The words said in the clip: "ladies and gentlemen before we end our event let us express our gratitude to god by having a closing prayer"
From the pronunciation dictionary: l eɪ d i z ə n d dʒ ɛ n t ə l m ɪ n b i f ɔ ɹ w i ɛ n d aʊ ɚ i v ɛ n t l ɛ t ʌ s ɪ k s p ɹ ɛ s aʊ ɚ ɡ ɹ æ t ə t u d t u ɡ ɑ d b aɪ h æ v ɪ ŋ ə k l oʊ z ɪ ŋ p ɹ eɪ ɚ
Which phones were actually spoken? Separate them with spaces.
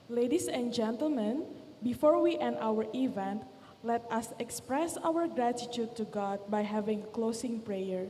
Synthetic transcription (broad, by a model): l eɪ d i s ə n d dʒ ɛ n t ə l m ɪ n b i f ɔ ɹ w i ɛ n aʊ ɚ i v ɛ n t l ɛ t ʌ s ɪ k s p ɹ ɛ s aʊ ɚ ɡ ɹ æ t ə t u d t u ɡ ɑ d b aɪ h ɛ v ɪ ŋ k l oʊ s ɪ ŋ p ɹ eɪ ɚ